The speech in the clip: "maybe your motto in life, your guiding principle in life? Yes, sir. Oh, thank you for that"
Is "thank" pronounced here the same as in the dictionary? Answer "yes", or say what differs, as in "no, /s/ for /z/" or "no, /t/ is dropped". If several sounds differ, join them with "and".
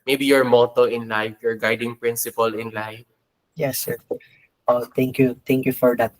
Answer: no, /t/ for /θ/